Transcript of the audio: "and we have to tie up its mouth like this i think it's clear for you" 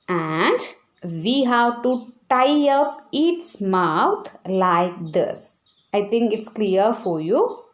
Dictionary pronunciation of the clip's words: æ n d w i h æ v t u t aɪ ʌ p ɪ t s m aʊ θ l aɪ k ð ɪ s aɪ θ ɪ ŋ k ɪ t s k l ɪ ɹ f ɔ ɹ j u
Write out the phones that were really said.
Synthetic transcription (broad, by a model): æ n d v i h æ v t u t aɪ ʌ p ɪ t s m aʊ t l aɪ k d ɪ s aɪ t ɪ ŋ k ɪ t s k l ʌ ɹ f ɔ ɹ j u